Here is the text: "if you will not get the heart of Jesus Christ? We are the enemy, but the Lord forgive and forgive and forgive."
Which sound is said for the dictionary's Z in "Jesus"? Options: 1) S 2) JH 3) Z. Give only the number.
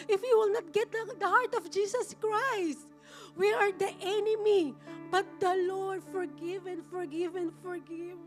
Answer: 1